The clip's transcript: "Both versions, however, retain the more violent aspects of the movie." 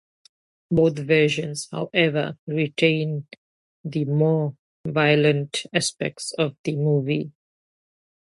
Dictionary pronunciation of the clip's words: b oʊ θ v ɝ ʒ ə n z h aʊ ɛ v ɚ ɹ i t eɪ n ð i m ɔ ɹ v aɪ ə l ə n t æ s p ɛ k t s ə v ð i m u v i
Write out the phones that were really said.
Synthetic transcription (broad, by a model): b oʊ t v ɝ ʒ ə n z h aʊ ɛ v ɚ ɹ i t eɪ n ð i m ɔ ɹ v aɪ ə l ə n t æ s p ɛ k t s ə v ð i m u v i